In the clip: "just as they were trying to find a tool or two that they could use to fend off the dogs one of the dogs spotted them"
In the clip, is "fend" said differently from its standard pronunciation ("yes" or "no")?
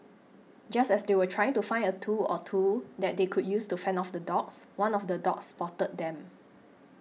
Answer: yes